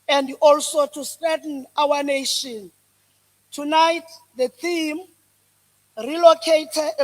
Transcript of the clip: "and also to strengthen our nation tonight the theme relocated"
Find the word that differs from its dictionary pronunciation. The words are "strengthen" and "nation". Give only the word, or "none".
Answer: strengthen